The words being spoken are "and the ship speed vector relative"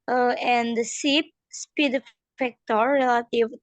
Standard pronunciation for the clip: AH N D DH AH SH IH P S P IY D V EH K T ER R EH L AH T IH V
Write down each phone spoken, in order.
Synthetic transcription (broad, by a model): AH N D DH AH S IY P S P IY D F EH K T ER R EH L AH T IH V